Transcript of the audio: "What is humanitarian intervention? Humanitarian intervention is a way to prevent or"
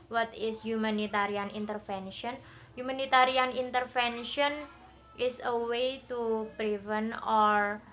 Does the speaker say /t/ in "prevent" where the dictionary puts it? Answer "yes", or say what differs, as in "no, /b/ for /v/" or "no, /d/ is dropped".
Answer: no, /t/ is dropped